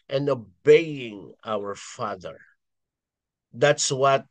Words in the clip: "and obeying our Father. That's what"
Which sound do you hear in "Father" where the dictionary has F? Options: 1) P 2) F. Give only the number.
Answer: 2